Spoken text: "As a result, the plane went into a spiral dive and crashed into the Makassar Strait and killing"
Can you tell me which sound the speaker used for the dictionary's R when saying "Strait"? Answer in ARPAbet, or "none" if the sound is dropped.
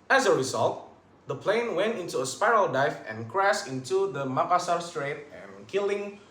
R